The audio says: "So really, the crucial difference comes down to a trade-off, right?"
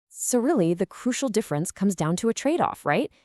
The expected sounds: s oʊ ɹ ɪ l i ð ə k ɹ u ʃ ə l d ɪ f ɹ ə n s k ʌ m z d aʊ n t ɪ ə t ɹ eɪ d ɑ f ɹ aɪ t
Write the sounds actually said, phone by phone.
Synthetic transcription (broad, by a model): s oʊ ɹ ɪ l i ð ə k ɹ u ʃ l d ɪ f ɹ ə n s k ʌ m z d aʊ n t ɪ ə t ɹ eɪ d ɑ f ɹ aɪ t